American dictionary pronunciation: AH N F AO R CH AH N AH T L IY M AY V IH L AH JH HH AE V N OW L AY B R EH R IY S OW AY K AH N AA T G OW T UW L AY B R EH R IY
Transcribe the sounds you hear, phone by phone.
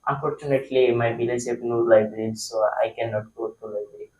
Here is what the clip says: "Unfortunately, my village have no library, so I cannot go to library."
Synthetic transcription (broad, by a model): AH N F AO R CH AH N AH T L IY M AY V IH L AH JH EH P N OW L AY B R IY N S OW AY K AH N AA T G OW T UW L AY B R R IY